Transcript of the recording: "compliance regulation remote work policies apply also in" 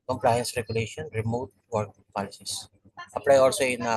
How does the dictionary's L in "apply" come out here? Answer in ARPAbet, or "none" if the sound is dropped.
N